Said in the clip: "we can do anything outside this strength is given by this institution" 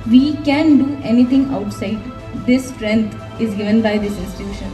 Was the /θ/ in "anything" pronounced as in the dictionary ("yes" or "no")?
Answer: no